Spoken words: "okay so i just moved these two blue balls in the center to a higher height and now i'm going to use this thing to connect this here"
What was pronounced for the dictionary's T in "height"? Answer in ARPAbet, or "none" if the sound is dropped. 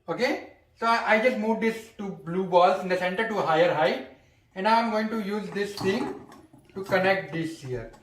none